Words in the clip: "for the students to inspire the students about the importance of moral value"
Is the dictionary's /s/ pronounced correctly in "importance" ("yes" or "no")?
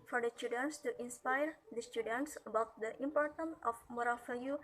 no